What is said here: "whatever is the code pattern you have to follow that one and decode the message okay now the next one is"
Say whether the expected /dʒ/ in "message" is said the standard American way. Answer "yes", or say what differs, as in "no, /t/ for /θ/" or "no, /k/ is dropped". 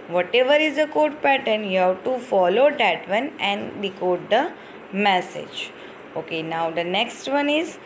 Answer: yes